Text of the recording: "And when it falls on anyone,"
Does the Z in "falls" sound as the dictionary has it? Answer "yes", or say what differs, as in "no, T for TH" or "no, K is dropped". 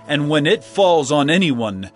yes